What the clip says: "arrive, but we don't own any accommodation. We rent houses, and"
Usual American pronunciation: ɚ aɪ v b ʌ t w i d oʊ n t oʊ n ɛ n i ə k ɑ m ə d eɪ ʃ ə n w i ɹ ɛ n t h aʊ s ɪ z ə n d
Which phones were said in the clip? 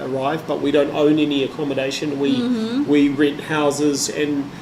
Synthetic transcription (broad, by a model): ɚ aɪ v b ʌ t w i d oʊ n t oʊ n ɛ n i ə k ɑ m ə d eɪ ʃ ə n w i w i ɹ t h aʊ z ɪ z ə n